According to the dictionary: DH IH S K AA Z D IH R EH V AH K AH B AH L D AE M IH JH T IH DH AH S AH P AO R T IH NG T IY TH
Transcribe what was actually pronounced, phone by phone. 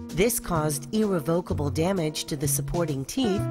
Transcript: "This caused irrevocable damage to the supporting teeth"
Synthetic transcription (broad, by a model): DH IH S K AA Z D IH R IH V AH K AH B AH L D AE M IH JH T IH DH AH S AH P AO R T IH NG T IY